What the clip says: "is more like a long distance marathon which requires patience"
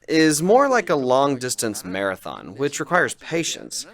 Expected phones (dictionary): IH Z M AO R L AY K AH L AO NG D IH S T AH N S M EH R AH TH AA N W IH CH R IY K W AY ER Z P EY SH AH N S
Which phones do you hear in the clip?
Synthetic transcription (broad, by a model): IH Z M AO R L AY K AH L AO NG D IH S T AH N S M EH R AH TH AA N W IH CH R IY K W AY ER Z P EY SH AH N S